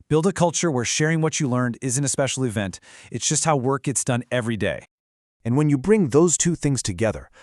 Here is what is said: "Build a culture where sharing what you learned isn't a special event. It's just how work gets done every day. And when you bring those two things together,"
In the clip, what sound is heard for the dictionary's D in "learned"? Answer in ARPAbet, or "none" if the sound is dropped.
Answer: D